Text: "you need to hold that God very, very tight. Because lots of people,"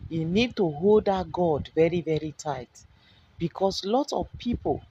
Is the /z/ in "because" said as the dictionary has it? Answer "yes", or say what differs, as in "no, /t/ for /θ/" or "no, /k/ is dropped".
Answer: no, /s/ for /z/